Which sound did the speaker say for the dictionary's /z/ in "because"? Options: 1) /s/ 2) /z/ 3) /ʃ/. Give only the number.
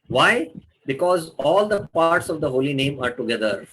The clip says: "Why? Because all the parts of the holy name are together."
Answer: 2